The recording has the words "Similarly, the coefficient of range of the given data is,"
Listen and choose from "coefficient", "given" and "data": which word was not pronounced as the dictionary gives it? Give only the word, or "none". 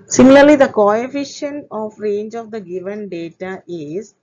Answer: coefficient